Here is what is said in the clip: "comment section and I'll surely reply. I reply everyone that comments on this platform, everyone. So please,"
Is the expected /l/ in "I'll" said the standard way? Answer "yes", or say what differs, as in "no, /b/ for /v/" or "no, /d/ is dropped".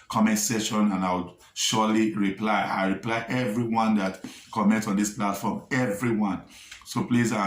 no, /w/ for /l/